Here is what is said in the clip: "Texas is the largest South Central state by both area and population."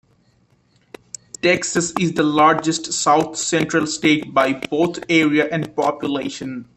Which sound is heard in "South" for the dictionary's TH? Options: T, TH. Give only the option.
T